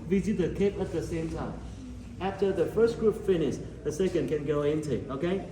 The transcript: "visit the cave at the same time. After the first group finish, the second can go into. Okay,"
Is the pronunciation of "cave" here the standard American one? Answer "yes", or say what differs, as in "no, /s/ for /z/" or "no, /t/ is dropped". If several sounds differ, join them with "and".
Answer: no, /p/ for /v/